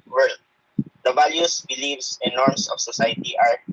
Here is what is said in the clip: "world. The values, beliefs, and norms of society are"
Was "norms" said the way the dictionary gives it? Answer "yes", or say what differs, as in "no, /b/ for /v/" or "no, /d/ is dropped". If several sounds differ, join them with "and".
no, /s/ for /z/